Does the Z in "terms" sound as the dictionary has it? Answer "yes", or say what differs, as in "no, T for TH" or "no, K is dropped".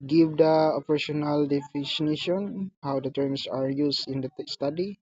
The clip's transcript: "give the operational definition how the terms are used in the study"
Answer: no, S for Z